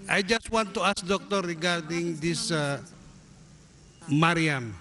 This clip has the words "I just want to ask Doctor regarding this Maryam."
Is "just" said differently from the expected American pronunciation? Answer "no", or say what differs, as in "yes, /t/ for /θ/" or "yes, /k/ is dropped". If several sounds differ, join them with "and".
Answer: no